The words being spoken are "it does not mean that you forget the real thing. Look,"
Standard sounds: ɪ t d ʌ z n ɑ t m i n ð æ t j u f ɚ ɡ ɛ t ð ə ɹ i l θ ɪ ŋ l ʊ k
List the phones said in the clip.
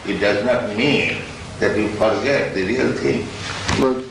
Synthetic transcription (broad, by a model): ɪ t d ʌ z n ɑ t m i n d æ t j u f ɚ ɡ ɛ t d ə ɹ i l t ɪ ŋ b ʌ